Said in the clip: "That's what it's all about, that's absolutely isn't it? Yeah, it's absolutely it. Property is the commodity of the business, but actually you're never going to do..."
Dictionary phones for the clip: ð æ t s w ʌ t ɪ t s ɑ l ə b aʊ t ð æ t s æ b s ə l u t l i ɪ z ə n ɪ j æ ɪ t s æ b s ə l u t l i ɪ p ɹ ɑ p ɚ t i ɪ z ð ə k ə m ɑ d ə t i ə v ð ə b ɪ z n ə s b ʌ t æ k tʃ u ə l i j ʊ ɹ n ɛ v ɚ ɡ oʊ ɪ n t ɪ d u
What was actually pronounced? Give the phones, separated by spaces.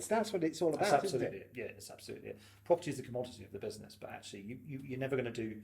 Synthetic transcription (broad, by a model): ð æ t s w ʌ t ɪ t s ɑ l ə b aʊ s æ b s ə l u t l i j æ ɪ t s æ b s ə l u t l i p ɹ ɑ p ɚ t i ɪ z ð ə k ə m ɑ d ə t i ə v ð ə b ɪ z n ə s b ʌ t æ k tʃ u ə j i j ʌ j n ɛ v ɚ ɡ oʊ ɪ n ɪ d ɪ